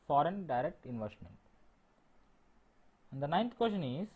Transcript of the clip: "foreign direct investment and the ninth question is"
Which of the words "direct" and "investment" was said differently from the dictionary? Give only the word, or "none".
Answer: none